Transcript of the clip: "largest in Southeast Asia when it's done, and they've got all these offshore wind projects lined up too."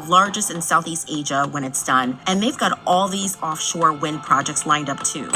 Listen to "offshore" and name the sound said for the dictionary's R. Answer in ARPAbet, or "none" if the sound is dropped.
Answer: R